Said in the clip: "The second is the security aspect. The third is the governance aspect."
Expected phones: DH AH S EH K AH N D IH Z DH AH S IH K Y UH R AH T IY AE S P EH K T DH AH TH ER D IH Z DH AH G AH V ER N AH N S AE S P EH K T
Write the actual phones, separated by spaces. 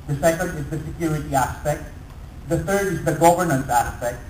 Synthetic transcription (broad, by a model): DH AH S EH K AH N D IH Z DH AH S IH K Y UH R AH T IY AE S P EH K T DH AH T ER D IH Z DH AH G AH V ER N AH N S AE S P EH K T